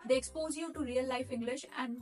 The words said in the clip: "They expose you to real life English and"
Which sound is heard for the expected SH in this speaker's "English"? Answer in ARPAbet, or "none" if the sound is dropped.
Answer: SH